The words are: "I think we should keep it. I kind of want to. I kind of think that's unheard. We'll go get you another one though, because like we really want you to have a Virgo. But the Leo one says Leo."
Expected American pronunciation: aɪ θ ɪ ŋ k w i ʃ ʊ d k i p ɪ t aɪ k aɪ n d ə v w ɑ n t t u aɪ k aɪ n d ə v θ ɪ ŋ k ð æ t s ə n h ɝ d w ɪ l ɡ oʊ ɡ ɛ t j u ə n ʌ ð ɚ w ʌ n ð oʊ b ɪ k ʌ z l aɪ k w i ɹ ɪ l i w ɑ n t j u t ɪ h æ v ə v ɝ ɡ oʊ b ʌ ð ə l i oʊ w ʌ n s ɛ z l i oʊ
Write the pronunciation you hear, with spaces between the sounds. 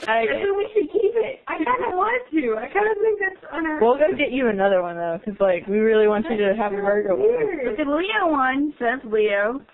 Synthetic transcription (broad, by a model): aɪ s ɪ w i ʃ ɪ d k i p ɪ t aɪ k aɪ n d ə w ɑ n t t u aɪ k aɪ n d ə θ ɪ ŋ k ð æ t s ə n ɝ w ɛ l ɡ oʊ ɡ ɛ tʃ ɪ ə n ʌ ð ɚ w ʌ n ð oʊ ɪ k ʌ z l aɪ k w i ɹ ɪ l i w ɑ n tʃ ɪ t ɪ h æ v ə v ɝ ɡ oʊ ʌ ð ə l i oʊ w ʌ n s ɛ z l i oʊ